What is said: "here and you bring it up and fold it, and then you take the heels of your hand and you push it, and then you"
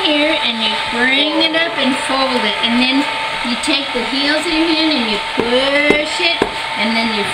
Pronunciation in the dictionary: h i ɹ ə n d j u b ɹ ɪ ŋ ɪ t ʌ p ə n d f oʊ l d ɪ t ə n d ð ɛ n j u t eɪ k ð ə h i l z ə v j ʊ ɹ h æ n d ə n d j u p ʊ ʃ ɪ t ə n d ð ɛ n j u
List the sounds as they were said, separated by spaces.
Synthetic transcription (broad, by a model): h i ɹ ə n j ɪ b ɹ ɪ ŋ ɪ t ʌ p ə n f oʊ l d ɪ t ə n ð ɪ n j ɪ t eɪ k ð ə h i l z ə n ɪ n ə n j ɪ p ʊ ʃ ɪ t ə n ð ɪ n j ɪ